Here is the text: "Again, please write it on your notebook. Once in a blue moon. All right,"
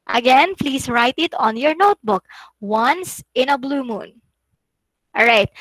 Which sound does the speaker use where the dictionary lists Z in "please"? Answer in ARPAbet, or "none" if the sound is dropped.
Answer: S